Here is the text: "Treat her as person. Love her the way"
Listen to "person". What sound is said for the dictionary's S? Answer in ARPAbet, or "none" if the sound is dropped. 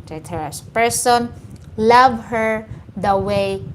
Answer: S